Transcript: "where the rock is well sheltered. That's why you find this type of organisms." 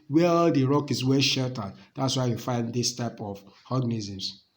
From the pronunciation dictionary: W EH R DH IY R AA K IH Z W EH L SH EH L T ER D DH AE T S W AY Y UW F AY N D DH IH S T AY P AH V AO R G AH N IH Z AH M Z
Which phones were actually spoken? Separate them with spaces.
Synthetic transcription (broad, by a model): W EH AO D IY R AA K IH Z W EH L SH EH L T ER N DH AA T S W AY Y UW F AY N D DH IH S T AY P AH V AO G N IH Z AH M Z